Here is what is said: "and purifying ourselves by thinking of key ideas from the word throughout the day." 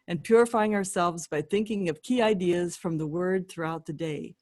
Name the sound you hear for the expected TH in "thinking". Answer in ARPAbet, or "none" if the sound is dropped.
TH